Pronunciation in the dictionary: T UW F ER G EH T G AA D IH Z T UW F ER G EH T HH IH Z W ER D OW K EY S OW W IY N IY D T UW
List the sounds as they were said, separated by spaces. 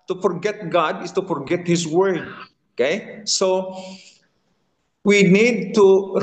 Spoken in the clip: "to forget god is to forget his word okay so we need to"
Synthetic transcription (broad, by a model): T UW F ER G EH T G AA D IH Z T UW F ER G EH T HH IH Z W ER D OW K EY S OW W IY N IY D T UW